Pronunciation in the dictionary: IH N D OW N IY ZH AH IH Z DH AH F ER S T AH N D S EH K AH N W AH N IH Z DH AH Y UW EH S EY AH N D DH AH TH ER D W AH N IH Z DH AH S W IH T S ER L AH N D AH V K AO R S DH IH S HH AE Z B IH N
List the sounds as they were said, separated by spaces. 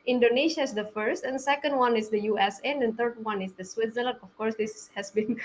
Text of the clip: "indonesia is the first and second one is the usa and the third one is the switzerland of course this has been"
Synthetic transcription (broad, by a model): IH N D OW N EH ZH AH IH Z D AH F ER S T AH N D S EH K AH N W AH N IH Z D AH Y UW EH S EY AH N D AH T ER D W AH N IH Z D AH S W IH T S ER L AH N AH F K AO R S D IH S HH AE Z B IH N